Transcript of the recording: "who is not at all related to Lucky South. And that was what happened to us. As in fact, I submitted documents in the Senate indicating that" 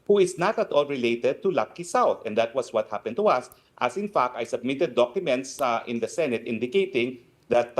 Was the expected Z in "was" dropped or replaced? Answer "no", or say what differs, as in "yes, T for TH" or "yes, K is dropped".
yes, S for Z